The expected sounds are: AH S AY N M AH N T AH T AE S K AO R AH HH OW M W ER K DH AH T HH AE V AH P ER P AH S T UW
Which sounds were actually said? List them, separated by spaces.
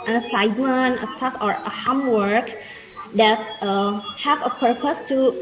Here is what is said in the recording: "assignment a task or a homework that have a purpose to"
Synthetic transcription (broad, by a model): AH S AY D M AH N AH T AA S AO R AH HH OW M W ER K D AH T HH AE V AH P ER P AH S T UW